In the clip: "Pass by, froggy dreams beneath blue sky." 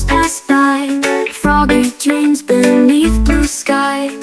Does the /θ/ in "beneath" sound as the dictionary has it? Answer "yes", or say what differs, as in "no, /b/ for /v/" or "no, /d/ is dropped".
yes